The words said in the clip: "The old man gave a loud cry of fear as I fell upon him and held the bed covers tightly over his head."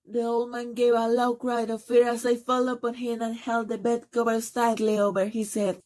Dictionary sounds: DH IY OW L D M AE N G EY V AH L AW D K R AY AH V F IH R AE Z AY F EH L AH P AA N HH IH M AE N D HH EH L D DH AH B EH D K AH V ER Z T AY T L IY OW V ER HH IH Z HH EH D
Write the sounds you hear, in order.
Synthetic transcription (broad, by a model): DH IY OW L D M AE N G EY V AH L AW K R AY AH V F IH R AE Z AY F EH L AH P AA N HH IH M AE N HH EH L D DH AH B EH D K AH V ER S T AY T L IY OW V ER HH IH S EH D